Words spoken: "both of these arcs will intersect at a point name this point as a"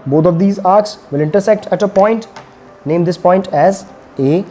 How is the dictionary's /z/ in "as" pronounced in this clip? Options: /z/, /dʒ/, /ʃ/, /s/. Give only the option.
/z/